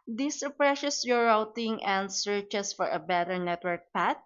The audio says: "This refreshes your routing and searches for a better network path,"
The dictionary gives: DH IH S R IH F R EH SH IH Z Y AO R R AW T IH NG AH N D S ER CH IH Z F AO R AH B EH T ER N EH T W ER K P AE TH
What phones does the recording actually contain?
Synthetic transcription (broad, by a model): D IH S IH P R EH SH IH S Y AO R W T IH NG AH N D S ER CH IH S F AO R AH B EH T ER N EH T W ER K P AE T